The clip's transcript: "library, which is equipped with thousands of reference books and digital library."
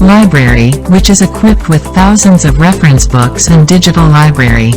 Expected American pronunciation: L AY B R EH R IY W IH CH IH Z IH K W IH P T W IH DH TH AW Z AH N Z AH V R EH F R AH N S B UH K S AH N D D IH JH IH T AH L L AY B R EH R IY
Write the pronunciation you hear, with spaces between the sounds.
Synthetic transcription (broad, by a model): L AY B R EH R IY W IH CH IH Z IH K W IH P T W IH DH TH AW Z AH N Z AH V R EH F R AH N S B UH K S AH N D D IH JH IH T L L AY B R EH R IY